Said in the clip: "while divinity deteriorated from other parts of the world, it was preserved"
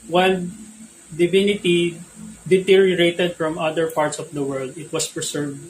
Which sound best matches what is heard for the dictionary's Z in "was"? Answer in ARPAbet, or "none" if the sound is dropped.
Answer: S